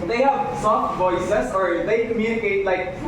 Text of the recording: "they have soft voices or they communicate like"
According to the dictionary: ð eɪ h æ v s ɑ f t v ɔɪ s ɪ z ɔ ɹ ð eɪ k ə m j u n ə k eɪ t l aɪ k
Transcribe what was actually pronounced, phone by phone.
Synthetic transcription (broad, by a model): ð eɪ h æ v s ɑ f t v ɔɪ s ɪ s ɔ ɹ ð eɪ k ə m j u n ə k eɪ t l aɪ k